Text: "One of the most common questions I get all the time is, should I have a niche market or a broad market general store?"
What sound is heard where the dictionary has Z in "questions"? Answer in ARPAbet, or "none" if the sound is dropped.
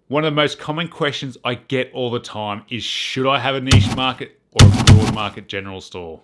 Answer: Z